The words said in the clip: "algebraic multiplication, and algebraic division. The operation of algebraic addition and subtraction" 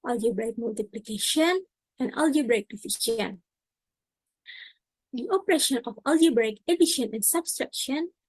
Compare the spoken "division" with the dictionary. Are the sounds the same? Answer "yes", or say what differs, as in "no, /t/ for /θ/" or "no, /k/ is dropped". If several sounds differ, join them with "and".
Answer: no, /f/ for /v/ and /ʃ/ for /ʒ/